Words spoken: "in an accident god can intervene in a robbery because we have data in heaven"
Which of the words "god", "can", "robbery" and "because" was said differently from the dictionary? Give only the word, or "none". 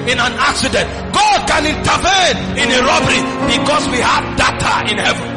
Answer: because